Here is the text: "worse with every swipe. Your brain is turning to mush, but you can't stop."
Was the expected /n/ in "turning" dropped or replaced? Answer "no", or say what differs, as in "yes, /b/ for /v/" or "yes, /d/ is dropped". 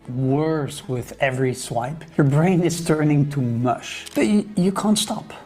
no